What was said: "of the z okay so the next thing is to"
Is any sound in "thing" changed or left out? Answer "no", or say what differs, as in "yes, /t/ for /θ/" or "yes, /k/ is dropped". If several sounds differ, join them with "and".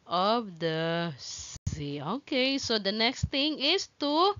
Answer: yes, /t/ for /θ/